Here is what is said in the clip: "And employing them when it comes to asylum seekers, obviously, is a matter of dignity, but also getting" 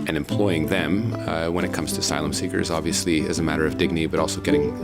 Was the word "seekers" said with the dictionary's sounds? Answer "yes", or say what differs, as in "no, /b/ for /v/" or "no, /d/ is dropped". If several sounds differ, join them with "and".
yes